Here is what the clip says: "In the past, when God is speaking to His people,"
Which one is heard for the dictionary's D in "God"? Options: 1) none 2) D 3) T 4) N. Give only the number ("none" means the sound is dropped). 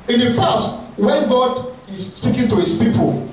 2